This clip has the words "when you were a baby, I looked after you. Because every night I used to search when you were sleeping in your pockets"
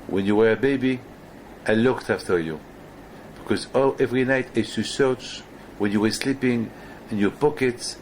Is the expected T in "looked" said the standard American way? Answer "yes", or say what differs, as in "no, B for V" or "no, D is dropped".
yes